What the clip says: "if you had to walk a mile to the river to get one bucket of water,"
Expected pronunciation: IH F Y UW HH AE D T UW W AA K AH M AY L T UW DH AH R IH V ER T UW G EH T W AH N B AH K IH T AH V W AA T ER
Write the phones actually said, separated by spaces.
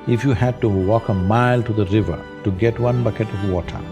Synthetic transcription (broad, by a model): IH F Y UW HH AE D T UW W AA K AH M AY L T UW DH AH R IH V ER T UW G EH T W AH N B AH K IH T AH V W AA T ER